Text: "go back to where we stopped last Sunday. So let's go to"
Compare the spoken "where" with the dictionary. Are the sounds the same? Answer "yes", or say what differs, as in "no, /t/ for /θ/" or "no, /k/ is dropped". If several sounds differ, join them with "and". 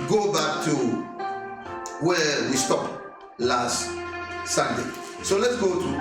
no, /l/ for /ɹ/